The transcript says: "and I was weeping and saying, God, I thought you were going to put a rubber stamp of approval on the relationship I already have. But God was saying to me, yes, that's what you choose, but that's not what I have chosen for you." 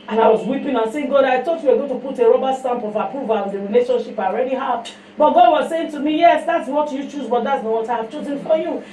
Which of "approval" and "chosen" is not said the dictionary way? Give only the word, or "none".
approval